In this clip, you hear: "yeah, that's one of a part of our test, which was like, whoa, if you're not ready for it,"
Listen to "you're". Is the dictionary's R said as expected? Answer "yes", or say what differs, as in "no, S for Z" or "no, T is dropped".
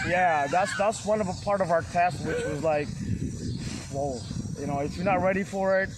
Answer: no, W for R